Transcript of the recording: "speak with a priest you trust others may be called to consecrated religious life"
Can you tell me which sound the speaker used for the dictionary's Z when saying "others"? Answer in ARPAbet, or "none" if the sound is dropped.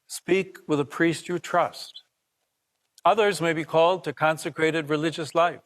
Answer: Z